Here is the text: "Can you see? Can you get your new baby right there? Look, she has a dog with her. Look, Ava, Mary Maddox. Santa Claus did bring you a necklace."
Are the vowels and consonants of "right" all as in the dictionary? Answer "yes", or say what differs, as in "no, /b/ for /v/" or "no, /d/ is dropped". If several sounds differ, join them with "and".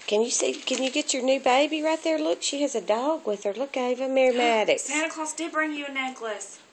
yes